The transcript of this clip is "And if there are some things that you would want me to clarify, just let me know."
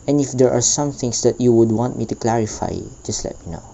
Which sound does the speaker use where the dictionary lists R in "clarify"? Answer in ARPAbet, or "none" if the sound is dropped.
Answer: R